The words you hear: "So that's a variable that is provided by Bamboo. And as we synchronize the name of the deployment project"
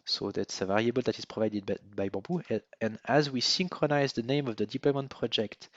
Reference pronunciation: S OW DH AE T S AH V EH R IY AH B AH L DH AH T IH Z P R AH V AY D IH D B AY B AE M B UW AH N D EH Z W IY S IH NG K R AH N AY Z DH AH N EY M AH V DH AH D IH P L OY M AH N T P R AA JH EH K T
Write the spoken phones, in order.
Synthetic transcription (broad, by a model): S OW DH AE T S AH V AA R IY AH B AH L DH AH T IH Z P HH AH V AY D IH D B AY B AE B UW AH N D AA Z W IY S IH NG K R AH N AY Z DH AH N EY M AH V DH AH D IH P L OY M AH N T P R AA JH EH K T